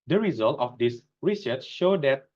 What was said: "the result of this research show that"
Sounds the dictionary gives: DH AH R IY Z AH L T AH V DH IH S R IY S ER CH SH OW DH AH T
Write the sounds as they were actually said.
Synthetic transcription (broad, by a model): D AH R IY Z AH L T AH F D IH S R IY S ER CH SH OW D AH T